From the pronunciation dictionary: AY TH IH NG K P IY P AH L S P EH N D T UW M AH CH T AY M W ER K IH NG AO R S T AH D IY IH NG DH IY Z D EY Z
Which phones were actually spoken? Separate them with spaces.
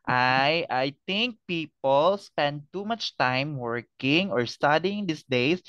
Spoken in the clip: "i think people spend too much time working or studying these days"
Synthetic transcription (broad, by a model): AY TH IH NG K P IY P AH L S P EH N D T UW M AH CH T AY M W ER K IH NG AO R S T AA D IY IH NG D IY S D EY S